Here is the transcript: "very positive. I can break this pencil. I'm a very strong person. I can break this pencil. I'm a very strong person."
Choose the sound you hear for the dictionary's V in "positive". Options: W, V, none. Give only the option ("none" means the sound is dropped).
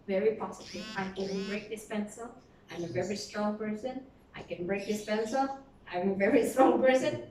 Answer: none